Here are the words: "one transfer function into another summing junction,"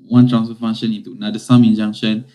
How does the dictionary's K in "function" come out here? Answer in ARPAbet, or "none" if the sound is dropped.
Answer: none